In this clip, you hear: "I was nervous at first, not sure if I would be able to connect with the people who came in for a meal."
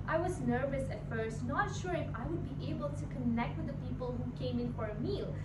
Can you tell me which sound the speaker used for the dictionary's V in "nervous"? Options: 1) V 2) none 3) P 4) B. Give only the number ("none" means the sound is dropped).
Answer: 1